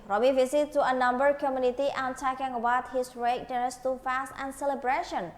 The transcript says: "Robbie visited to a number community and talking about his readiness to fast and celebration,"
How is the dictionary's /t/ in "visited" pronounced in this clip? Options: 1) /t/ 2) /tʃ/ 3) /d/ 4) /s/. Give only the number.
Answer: 4